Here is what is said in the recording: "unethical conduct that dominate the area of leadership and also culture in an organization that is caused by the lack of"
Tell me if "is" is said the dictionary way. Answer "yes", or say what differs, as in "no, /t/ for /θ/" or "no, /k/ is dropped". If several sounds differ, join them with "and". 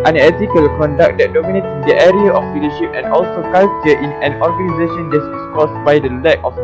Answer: no, /s/ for /z/